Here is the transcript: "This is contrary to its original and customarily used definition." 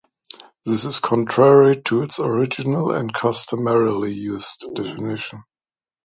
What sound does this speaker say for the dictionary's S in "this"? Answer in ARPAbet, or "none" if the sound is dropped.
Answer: S